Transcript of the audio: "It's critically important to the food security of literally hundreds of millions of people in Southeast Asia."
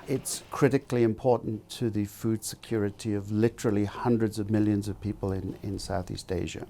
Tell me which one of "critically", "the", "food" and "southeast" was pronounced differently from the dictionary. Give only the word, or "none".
none